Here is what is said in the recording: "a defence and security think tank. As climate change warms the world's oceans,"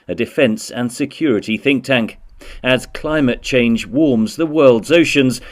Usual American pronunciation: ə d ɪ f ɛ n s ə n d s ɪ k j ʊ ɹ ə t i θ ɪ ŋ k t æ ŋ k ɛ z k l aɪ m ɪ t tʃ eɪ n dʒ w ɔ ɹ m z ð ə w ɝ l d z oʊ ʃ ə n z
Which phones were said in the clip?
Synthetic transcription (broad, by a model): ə d ɪ f ɛ n s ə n s ɪ k j ʊ ɹ ə t i θ ɪ ŋ k t æ ŋ k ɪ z k l aɪ m ɪ t tʃ eɪ n dʒ w ɔ ɹ m z ð ə w ɝ l d z oʊ ʃ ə n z